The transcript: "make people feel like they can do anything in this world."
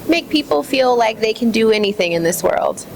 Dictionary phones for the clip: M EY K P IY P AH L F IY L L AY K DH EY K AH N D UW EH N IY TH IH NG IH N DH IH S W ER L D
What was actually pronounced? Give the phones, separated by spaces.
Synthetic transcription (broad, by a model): M EY K P IY P L F IY L L AY K DH EY K AH N D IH EH N IY TH IH NG IH N DH IH S W ER L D